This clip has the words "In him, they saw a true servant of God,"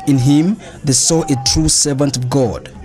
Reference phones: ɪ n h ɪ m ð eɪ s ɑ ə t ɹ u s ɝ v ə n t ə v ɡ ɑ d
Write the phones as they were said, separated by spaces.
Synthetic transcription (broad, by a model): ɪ n h ɪ m ð eɪ s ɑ ə t ɹ u s ɝ v ə n t ə v ɡ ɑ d